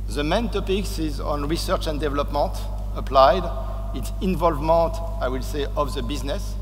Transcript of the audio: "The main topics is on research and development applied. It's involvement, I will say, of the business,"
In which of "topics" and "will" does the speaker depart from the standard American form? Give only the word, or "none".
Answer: none